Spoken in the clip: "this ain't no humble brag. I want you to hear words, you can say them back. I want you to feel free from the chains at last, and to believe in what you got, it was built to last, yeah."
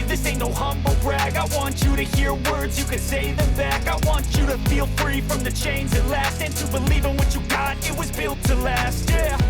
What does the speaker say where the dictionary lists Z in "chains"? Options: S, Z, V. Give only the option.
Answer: Z